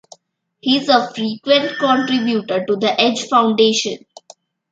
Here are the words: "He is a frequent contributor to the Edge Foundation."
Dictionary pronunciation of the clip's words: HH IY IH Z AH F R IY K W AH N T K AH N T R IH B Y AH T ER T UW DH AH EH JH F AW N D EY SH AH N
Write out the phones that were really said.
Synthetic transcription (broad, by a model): HH IY IH Z AH F R IY K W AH N T K AH N T R IH B Y AH T ER T UW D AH EH JH F AW N D EY SH AH N